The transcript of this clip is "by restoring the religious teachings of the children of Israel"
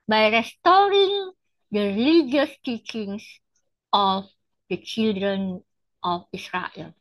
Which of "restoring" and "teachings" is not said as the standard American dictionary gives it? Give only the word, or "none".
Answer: teachings